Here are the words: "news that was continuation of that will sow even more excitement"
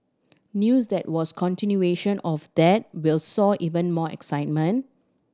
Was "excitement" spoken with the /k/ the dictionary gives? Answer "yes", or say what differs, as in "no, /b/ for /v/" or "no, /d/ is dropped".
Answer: yes